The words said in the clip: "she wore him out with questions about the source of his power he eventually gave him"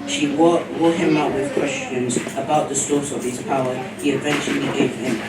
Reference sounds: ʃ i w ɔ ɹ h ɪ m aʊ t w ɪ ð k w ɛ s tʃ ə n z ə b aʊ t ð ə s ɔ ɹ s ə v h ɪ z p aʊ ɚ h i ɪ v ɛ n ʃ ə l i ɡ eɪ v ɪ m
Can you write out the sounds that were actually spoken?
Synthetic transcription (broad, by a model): ʃ i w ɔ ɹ h ɪ m aʊ t w ɪ ð k w ɛ s tʃ ə n z ə b aʊ t ð ə s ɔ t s ə v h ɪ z p aʊ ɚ h i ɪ v ɛ n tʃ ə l i ɡ eɪ v ɪ m